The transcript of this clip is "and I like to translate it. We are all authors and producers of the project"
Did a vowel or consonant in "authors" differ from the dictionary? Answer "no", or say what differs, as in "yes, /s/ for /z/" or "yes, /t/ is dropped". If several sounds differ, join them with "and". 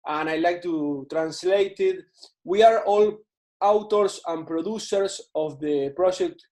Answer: yes, /t/ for /θ/ and /s/ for /z/